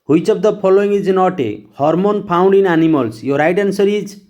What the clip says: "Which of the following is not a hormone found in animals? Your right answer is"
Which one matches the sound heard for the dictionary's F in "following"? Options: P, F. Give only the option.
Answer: P